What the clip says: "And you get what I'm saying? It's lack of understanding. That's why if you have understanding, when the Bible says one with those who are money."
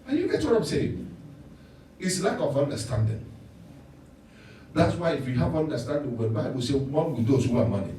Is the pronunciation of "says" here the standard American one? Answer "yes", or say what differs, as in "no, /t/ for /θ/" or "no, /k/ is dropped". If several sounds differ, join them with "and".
no, /z/ is dropped